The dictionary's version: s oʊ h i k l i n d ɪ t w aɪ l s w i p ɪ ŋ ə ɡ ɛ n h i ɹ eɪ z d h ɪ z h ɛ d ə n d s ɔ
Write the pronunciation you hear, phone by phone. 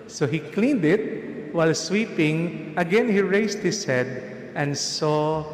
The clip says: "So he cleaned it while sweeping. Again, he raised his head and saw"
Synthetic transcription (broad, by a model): s oʊ h i k l i n d ɪ t w aɪ l s w i p ɪ ŋ ə ɡ ɛ n h i ɹ eɪ s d h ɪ s h ɛ d ə n d s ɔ